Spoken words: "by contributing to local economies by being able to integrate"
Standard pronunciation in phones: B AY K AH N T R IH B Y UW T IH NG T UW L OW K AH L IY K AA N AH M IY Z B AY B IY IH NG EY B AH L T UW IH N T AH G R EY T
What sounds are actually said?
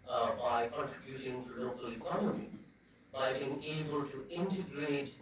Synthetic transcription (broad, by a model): B AY K AH N T R IH B Y UW T IH NG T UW L OW K AH L IY K AA N AH M IY Z B AY B IY IH NG EY B AH L T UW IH N T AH G R EY T